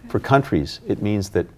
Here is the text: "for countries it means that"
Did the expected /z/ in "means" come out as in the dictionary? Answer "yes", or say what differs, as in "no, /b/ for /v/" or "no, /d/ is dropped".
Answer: yes